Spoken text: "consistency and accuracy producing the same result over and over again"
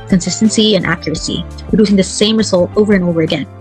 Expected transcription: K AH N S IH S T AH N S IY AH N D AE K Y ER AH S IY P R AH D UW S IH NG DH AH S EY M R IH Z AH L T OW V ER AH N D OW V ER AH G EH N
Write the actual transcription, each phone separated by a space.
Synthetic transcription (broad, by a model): K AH N S IH S T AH N S IY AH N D AE K Y ER AH S IY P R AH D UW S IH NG DH AH S EY M R IH Z AH L T OW V ER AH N OW V ER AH G EH N